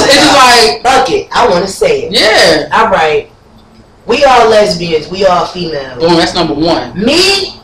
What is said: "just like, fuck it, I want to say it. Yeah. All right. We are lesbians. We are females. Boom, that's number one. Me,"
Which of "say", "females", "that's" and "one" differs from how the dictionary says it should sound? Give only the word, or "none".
females